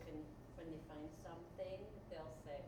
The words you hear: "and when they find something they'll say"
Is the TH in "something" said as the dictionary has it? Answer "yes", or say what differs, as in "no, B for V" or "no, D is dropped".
yes